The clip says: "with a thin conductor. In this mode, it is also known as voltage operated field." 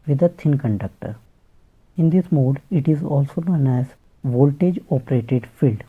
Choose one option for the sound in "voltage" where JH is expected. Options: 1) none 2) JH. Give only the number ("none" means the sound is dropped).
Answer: 2